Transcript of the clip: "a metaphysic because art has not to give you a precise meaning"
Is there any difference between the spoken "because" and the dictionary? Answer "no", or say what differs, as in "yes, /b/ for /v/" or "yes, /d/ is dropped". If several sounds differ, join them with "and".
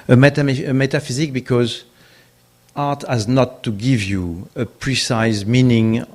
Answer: no